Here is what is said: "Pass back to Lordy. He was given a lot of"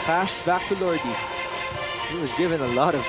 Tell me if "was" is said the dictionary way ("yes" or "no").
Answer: yes